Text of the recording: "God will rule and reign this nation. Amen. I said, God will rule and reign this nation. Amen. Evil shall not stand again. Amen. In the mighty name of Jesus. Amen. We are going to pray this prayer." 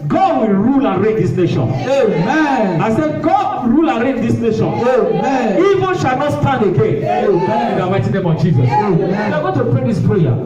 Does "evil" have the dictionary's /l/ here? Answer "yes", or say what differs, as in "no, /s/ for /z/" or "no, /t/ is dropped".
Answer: no, /n/ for /l/